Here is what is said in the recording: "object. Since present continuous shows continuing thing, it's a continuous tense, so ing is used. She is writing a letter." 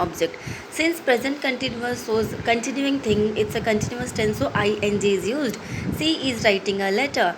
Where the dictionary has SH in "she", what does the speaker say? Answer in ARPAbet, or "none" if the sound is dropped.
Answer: S